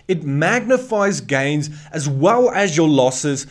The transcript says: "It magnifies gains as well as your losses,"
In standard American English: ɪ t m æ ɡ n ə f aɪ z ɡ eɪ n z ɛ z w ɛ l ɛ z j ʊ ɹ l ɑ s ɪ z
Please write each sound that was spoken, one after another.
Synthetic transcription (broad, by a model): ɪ t m æ ɡ n ə f aɪ z ɡ eɪ n z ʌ z w ɛ l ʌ z j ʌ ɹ l ɑ s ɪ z